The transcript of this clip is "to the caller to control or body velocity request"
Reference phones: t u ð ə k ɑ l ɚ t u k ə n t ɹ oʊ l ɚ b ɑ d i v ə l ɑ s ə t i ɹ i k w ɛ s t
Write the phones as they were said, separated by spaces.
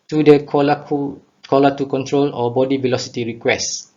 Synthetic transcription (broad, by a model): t u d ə k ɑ l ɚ t u k ə n t ɹ oʊ l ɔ b ɑ d i v ə l ɑ s ə t i ɹ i k w ɛ s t